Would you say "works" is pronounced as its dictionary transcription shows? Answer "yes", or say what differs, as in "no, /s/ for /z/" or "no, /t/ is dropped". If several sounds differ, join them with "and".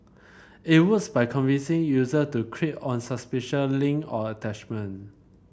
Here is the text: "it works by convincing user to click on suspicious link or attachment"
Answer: no, /k/ is dropped